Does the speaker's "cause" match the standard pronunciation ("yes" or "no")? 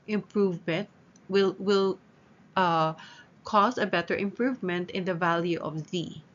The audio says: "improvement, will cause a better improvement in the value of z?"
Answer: no